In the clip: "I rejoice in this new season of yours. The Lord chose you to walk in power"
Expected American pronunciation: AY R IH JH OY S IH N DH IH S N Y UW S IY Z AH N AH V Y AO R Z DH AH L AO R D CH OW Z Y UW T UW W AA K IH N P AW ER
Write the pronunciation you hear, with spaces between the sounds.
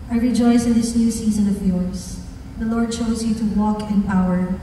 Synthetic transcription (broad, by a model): AY R IH JH OY S IH N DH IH S N Y UW S IY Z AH N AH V Y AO R S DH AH L AO R D CH OW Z Y UW T UW W AA K IH N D AW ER